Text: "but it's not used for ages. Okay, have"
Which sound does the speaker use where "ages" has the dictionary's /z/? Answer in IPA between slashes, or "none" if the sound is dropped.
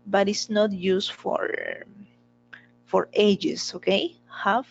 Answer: /s/